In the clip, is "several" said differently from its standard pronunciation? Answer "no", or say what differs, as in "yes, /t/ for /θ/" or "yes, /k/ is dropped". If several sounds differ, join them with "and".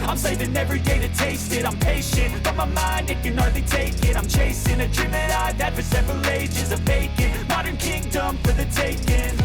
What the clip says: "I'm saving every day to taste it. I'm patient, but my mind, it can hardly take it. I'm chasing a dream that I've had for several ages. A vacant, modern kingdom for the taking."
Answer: no